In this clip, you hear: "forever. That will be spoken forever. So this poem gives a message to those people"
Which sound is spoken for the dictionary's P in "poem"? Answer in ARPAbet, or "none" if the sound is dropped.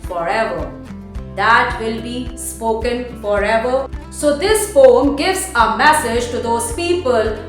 F